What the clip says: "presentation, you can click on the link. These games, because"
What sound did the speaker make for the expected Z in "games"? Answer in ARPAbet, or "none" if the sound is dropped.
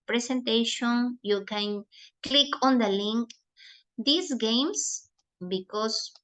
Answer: S